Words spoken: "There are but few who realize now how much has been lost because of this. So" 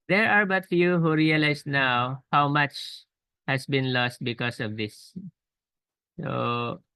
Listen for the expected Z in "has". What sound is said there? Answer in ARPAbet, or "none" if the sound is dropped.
S